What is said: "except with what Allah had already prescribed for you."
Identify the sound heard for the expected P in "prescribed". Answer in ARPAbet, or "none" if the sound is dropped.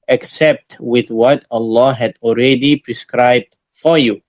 P